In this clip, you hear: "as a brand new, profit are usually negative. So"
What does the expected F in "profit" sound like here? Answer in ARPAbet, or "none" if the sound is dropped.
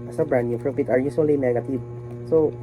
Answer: P